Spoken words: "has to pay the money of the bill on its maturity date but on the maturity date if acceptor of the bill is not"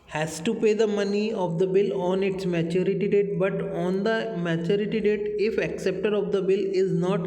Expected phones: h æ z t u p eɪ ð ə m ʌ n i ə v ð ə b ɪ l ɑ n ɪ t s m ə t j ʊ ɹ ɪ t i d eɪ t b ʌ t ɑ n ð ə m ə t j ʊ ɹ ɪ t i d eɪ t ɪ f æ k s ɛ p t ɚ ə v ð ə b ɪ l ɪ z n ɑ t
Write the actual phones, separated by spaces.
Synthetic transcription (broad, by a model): h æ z t u p eɪ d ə m ʌ n i ə v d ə b ɪ l ɑ n ɪ t s m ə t j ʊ ɹ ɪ t i d eɪ t b ʌ t ɑ n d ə m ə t j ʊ ɹ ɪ t i d eɪ t ɪ f æ k s ɛ p t ɚ ə v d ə b ɪ l ɪ z n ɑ t